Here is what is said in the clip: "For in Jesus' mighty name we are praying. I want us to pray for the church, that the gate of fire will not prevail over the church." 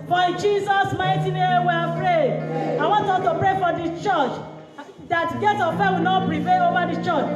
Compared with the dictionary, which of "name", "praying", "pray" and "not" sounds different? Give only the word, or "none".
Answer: praying